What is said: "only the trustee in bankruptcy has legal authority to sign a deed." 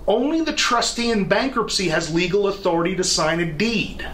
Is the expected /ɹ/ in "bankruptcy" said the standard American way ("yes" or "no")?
yes